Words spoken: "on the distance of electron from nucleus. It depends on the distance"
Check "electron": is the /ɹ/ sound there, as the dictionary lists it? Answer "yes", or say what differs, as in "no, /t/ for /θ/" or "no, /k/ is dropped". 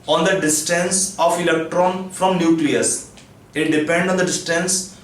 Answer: yes